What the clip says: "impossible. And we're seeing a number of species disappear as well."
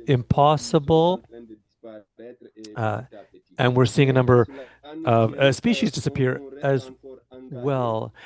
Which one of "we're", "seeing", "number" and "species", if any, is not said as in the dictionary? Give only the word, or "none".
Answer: none